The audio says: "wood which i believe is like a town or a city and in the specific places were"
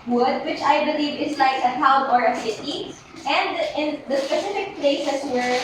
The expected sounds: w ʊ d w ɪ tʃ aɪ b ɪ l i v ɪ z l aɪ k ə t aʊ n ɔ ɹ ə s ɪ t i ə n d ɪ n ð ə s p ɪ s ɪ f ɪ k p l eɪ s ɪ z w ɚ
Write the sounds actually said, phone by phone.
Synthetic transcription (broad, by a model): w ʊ d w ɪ tʃ aɪ b ɪ l i v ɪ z l aɪ k ə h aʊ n ɔ ɹ ə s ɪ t i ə n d ɪ n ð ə s p ɪ s ɪ f ɪ k p l eɪ s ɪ s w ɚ